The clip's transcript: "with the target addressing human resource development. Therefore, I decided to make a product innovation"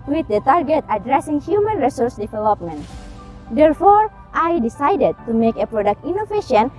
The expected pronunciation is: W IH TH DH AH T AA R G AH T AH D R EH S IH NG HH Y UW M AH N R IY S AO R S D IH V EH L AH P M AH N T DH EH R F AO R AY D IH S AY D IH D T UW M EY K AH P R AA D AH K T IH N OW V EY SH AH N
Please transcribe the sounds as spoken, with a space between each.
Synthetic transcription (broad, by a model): W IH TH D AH T AA R G AH T AH D R EH S IH NG HH Y UW M AH N R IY S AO R S D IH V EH L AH P M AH N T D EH R F AO R AY D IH S AY D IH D T UW M EY K AH P R AA D AH K T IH N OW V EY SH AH N